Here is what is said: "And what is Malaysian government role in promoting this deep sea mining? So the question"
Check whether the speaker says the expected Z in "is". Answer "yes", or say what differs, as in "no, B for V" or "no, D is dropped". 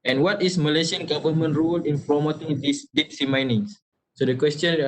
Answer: no, S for Z